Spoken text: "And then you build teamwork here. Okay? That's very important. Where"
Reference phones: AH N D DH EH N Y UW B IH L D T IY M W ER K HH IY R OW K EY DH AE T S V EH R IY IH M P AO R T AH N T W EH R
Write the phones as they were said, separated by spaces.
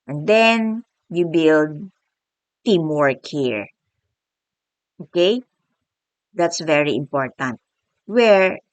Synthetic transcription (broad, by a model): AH N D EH N Y UW B IH L D T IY M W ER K HH IY R OW K EY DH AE T S V EH R IY IH M P AO R T AH N T W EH R